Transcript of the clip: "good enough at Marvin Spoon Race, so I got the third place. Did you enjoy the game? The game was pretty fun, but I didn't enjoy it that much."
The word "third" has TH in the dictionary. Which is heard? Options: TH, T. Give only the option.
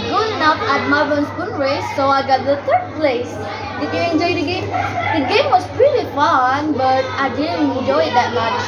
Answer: T